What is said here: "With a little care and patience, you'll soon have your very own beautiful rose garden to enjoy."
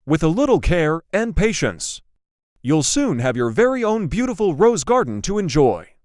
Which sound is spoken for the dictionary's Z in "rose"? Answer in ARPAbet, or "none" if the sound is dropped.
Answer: Z